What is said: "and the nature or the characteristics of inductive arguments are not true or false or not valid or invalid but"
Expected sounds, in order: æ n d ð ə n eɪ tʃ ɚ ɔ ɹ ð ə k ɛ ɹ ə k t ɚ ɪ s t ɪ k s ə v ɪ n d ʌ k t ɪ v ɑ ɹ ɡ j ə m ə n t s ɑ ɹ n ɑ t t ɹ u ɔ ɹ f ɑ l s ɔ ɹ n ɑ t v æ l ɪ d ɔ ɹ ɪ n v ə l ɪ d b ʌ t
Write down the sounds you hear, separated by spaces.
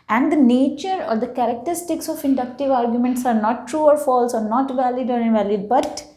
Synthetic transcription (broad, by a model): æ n d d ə n eɪ tʃ ɚ ɔ ɹ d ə k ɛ ɹ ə k t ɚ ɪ s t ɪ k s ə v ɪ n d ʌ k t ɪ v ɑ ɹ ɡ j ə m ə n t s ɑ ɹ n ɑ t t ɹ u ɔ ɹ f ɑ l s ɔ ɹ n ɑ t v æ l ɪ d ɔ ɹ ɪ n v ə l ɪ d b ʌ t